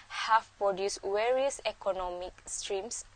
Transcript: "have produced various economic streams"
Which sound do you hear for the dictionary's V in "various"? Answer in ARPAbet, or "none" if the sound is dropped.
W